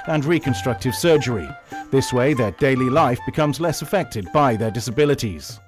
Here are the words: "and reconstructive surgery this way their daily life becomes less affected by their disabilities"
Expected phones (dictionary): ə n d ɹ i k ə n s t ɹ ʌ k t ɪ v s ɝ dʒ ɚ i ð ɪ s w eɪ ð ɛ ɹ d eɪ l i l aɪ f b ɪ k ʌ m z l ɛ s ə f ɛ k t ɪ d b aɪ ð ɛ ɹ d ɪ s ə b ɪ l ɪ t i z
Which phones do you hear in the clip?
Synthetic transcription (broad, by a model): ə n ɹ i k ə n s t ɹ ʌ k t ɪ v s ɝ dʒ ɚ i ð ɪ s w eɪ ð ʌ ɹ d eɪ l i l aɪ f b ɪ k ʌ m z l ɛ s ə f ɛ k t ɪ d b aɪ ð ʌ ɹ d ɪ s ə b ɪ l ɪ t i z